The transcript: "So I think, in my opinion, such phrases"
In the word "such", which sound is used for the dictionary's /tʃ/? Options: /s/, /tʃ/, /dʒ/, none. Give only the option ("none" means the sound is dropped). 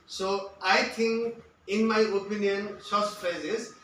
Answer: /s/